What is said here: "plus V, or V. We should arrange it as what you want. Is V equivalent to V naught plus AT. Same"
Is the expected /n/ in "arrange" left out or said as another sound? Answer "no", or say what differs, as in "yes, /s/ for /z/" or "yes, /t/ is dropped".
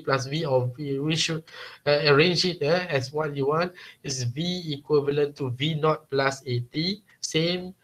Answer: no